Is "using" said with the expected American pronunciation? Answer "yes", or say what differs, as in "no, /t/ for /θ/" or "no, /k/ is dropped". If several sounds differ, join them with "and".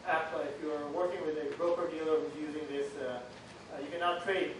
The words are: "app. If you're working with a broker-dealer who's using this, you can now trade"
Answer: yes